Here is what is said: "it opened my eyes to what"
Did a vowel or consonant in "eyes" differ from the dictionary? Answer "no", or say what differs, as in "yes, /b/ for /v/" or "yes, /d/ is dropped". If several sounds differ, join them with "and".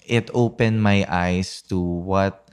yes, /s/ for /z/